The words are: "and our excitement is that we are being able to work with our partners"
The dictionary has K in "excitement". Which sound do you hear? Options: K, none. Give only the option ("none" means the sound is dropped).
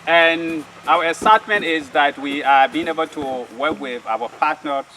none